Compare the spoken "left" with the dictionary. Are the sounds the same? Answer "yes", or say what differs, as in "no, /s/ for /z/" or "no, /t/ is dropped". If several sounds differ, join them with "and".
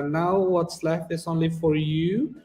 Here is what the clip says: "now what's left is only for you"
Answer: no, /t/ is dropped